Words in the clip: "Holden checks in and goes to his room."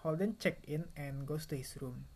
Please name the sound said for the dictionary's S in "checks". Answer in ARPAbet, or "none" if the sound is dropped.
none